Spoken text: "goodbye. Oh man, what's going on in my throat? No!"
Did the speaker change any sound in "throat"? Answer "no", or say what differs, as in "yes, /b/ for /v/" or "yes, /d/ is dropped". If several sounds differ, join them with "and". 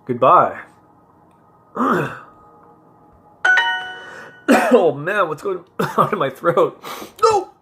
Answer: no